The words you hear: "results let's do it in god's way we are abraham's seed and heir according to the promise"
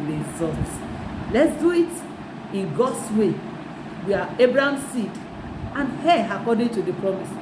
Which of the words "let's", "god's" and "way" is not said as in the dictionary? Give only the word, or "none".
god's